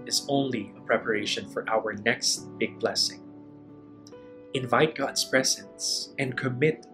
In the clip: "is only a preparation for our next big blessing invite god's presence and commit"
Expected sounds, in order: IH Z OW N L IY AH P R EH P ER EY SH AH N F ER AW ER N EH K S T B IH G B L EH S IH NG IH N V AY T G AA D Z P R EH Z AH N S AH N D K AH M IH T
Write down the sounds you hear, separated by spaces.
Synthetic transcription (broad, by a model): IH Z OW N L IY AH P R EH P ER EY SH AH N F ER AW ER N EH K S T B IH G B L EH S IH NG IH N V AY T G AA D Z P R EH Z AH N S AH N K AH M IH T